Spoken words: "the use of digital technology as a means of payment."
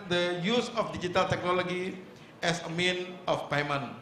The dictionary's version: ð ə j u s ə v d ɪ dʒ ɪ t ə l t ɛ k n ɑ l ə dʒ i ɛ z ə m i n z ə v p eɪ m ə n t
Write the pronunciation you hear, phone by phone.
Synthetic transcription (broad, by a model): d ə j u s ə f d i dʒ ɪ t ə l t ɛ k n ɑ l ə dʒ i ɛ s ə m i n ə f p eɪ m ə n